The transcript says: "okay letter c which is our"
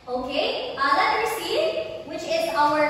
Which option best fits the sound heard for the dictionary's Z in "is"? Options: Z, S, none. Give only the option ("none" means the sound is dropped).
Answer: Z